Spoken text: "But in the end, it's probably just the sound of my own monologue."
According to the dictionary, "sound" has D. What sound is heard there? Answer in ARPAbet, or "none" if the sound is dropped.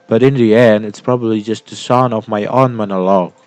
none